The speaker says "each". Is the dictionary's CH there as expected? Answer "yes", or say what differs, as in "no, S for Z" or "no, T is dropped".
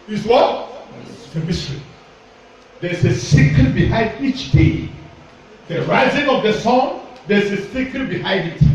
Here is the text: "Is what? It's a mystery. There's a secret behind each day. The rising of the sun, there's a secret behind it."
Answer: yes